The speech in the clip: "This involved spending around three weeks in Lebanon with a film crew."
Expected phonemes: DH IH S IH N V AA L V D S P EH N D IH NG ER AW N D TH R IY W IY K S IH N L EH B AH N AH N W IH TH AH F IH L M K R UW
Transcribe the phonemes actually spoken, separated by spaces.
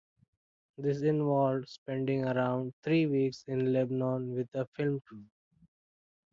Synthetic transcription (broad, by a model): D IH S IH N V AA L D S P EH N D IH NG ER AW N D T R IY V IY K S IH N L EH B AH N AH N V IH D AH F IH L M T UW